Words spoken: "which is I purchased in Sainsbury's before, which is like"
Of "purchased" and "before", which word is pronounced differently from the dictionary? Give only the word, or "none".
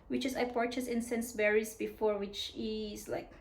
purchased